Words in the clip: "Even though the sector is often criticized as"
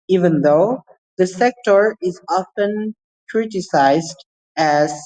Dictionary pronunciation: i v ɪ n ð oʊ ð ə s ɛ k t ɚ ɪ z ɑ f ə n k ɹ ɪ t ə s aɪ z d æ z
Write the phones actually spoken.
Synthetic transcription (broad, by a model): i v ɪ n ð oʊ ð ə s ɛ k t ɚ ɪ z ɑ f ə n k ɹ ɪ t ə s aɪ z d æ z